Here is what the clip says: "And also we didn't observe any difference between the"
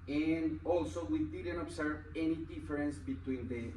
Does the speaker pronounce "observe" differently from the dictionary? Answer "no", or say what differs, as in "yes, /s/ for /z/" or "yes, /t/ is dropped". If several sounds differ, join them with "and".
yes, /s/ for /z/